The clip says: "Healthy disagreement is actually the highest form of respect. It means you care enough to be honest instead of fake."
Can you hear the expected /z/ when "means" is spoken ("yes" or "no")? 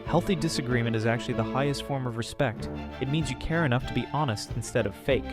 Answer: yes